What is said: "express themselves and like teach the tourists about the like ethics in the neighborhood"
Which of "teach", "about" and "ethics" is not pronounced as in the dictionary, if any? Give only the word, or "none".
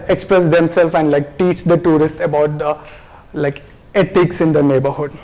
ethics